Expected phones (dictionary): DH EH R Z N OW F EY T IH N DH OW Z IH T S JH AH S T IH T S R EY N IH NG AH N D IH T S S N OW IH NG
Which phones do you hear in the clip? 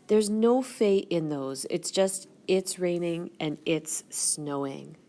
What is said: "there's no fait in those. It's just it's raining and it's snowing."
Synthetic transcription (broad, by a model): DH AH R Z N OW F EY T IH N DH OW Z IH T S JH AH S T IH T S R EY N IH NG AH N IH T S S N OW IH NG